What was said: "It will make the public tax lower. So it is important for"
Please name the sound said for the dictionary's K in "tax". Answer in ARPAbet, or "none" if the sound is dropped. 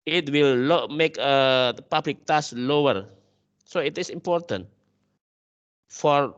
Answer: none